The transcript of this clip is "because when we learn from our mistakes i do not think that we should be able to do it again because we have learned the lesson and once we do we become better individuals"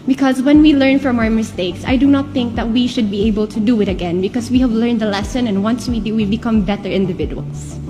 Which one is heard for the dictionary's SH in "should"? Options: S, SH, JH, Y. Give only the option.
SH